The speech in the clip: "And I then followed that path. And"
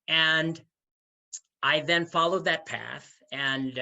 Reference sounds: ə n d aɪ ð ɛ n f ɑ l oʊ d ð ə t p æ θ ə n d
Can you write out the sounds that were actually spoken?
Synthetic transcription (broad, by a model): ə n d aɪ ð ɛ n f ɑ l oʊ d ð ə t p æ θ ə n